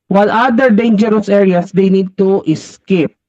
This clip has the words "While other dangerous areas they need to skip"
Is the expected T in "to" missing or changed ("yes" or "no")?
no